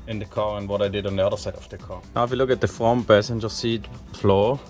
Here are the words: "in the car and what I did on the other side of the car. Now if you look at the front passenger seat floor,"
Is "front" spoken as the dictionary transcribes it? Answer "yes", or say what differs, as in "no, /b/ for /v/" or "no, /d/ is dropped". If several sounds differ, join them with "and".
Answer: no, /ɹ/ is dropped